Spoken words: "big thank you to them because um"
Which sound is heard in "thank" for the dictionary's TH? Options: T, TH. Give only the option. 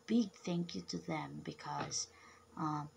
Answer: TH